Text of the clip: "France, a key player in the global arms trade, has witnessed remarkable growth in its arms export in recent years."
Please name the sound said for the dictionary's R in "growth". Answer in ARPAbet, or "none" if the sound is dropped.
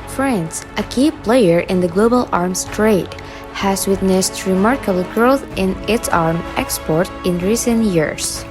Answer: R